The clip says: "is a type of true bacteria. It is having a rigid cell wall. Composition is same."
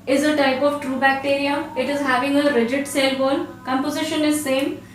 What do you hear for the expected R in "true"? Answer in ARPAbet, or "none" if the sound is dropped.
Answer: R